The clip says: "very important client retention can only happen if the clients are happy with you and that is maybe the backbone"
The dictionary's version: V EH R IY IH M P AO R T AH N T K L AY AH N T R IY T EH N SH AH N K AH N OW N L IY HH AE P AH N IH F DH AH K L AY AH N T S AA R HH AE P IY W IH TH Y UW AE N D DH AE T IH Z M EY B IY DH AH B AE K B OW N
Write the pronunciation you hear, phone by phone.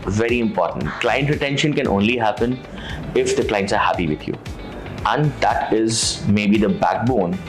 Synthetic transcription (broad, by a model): V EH R IY IH M P AO R T AH N T K L AY AH N T R IY T EH N SH AH N K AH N OW N L IY HH AE P AH N IH F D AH K L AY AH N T S AA R HH AE P IY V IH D Y UW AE N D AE T IH Z M EY B IY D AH B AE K B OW N